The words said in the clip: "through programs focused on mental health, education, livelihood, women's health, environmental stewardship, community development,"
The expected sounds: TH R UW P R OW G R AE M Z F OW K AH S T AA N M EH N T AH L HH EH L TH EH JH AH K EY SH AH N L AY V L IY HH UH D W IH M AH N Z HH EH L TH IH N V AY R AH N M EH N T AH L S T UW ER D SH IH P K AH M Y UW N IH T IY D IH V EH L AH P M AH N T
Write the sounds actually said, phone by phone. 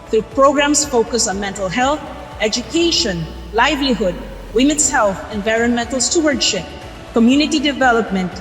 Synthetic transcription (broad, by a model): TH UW P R OW G R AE M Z F OW K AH S AA N M EH N T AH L HH EH L TH EH JH AH K EY SH AH N L AY V L IY HH UH D W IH M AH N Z HH EH L TH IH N V AY R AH N M EH N T L S T UW ER D SH IH P K AH M Y UW N IH T IY D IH V EH L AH P M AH N T